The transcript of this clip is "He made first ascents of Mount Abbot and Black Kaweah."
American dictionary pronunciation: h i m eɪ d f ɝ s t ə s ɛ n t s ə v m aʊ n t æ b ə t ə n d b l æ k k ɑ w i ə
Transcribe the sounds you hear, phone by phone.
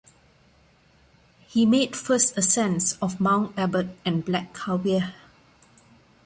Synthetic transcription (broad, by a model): h i m eɪ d f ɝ s t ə s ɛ n s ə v m aʊ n æ b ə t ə n b l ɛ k k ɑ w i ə